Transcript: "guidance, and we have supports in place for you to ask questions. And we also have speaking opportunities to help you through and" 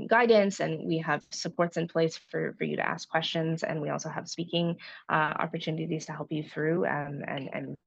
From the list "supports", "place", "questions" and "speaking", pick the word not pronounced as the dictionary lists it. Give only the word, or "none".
none